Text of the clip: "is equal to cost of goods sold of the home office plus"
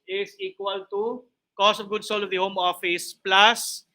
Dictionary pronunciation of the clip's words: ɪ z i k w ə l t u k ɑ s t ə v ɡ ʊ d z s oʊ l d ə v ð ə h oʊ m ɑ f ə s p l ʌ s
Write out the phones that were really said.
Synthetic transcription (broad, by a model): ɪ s i k w ə l t u k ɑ s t ə v ɡ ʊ d s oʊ l ə v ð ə h oʊ m ɑ f ə s p l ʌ s